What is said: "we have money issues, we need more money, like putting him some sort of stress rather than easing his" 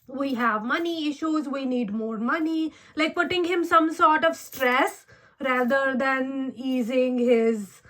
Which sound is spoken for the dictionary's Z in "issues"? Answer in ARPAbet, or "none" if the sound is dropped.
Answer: Z